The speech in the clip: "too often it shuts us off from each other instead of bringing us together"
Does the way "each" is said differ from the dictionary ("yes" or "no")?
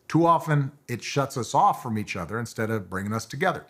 no